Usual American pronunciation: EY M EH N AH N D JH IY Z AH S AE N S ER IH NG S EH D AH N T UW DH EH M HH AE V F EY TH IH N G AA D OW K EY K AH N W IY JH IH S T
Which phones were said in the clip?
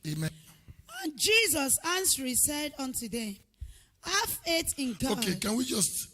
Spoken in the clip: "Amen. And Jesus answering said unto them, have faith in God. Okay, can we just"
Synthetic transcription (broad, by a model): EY M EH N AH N JH IY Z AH S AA N S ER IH S EH D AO N T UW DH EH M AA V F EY T IH N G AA OW K EY K AH N W IY JH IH S T